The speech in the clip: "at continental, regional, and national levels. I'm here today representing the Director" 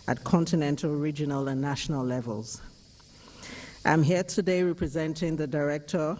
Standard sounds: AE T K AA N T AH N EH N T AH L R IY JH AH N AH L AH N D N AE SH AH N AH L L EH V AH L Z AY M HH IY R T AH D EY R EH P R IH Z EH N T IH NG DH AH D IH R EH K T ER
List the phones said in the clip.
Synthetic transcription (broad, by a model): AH T K AA N T AH N EH N T AH L R IY JH AH N AH L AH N N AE SH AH N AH L L EH V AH L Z AY M HH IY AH T AH D EY R EH P R IH Z EH N T IH NG DH AH D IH R EH K T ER